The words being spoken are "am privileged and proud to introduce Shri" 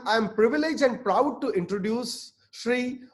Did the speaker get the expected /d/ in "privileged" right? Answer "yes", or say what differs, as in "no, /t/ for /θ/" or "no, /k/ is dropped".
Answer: no, /d/ is dropped